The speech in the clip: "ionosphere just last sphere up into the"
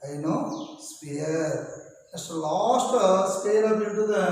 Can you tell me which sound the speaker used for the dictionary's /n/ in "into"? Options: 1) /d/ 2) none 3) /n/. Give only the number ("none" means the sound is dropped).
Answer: 2